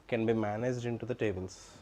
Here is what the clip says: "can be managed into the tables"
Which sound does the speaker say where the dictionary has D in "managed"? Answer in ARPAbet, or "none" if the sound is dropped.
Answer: D